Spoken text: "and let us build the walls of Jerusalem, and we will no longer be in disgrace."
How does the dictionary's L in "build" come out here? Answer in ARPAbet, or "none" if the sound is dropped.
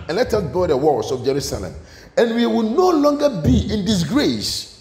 none